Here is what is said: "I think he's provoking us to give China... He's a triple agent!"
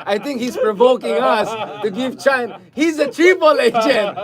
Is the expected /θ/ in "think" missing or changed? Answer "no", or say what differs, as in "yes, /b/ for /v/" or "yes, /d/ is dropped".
yes, /t/ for /θ/